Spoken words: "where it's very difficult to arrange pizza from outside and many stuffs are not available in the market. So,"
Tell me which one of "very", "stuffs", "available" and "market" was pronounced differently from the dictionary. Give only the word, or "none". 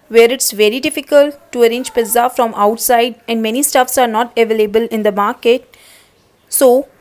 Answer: none